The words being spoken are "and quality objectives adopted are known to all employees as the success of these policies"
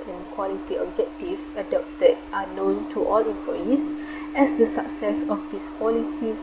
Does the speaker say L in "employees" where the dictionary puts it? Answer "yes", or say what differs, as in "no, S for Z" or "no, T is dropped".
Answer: no, L is dropped